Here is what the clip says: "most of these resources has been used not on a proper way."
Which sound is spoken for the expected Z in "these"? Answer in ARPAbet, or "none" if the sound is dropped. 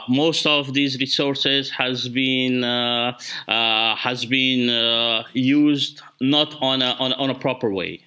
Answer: Z